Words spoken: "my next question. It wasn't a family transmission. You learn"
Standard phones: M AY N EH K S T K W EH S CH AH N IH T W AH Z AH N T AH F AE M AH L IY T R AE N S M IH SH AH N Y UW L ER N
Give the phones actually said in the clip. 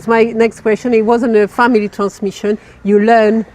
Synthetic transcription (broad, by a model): M AY N EH K S T K W EH S CH AH N IH T W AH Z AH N AH F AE M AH L IY T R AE N S M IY SH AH N Y UW L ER N